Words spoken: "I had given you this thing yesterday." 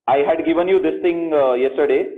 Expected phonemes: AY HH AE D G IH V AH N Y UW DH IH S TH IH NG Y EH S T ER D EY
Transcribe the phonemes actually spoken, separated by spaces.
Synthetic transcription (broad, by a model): AY HH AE D G IH V AH N Y UW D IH S T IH NG Y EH S T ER D EY